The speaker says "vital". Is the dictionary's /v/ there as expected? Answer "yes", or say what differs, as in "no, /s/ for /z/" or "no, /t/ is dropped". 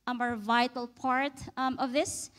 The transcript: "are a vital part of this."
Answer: yes